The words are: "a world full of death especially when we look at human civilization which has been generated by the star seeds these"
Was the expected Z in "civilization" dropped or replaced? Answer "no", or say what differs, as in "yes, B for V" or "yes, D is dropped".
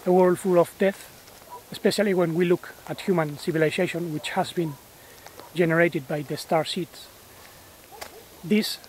yes, S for Z